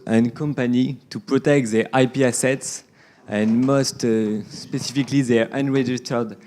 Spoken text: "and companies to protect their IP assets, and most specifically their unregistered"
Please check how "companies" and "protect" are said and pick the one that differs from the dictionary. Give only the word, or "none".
companies